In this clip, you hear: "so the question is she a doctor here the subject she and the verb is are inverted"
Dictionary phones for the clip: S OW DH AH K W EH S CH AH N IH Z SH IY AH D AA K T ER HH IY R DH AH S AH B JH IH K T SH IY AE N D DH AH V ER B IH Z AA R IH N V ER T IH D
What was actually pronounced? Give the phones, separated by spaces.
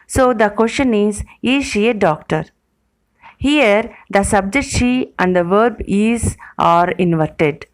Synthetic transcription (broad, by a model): S OW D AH K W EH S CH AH N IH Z SH IY AH D AA K T ER HH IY R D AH S AH B JH IH K T SH IY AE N D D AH V ER B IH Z AA R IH N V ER T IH D